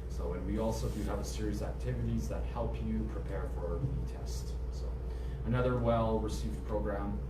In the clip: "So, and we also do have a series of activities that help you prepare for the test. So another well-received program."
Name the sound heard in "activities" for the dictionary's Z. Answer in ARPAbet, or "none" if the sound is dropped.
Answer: Z